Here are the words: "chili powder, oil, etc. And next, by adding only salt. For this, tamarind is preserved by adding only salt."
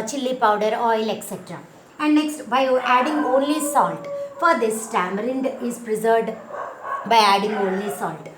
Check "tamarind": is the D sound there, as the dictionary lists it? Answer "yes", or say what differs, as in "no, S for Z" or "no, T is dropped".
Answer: yes